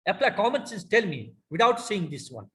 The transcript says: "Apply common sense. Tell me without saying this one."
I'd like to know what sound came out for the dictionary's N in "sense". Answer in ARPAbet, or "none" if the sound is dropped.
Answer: none